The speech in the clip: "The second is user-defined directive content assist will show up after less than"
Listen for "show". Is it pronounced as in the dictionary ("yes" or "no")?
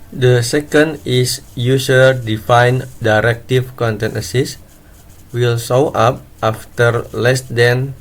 no